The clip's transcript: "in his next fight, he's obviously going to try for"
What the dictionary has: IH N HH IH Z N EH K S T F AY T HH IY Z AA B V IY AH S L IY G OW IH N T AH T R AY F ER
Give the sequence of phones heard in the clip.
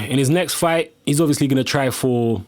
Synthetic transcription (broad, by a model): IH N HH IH Z N EH K S T F AY T HH IY Z AA B V IY AH S L IY G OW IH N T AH T R AY F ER